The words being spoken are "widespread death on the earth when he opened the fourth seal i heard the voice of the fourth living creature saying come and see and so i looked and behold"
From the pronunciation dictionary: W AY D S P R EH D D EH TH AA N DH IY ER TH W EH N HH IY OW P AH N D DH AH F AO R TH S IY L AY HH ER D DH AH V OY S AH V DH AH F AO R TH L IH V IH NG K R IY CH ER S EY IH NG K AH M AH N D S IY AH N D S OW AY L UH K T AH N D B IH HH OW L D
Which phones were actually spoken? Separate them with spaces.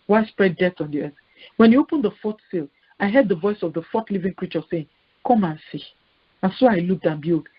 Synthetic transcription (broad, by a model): W AY S P R EH D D EH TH AA N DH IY ER TH W EH N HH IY OW P AH N D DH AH F AO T S IY L AY HH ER D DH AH V OY S AH V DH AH F AO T L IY V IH NG K R IY CH ER S EY IH NG K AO M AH N S IY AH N S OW AY L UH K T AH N B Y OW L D